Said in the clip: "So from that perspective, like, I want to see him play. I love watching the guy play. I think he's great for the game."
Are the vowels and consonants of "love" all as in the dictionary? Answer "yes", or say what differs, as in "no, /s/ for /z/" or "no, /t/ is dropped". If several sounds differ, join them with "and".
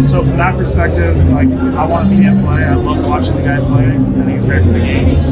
no, /n/ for /l/